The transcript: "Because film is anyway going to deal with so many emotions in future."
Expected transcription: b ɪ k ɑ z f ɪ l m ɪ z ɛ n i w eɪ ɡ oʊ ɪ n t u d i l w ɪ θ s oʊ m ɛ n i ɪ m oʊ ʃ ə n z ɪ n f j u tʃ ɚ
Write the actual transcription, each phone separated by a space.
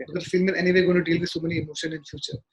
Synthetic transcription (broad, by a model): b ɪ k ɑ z f ɪ l m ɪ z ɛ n i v eɪ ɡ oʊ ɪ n t u d i l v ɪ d s oʊ m ɛ n i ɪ m oʊ ʃ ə n ɪ n f j u tʃ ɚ